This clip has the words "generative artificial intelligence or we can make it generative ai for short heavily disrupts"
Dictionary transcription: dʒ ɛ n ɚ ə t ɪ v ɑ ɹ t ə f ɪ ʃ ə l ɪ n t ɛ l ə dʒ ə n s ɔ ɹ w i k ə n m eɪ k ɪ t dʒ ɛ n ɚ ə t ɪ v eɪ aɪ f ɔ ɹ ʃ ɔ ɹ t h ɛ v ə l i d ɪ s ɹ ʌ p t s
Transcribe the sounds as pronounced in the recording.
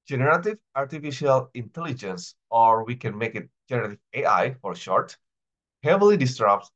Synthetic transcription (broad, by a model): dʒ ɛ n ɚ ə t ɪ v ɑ ɹ t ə f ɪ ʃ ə l ɪ n t ɛ l ə dʒ ə n s ɔ ɹ w i k ə n m eɪ k ɪ t dʒ ɛ n ɚ ə t ɪ v eɪ aɪ f ɔ ɹ ʃ ɔ ɹ t h ɛ v ə l i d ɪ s ɹ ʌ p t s